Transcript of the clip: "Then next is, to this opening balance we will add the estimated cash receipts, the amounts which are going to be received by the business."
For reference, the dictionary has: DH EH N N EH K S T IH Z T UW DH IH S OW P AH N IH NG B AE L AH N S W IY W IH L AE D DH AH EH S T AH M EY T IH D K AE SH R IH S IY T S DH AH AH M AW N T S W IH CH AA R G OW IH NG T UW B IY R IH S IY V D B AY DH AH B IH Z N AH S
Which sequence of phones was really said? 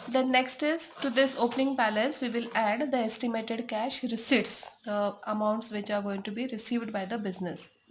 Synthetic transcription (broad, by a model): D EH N N EH K S T IH Z T UW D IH S OW P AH N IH NG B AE L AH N S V IY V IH L AE D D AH EH S T AH M EY T IH D K AE SH R IH S IY T S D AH AH M AW N T S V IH CH AA R G OW IH NG T UW B IY R IH S IY V D B AY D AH B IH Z N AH S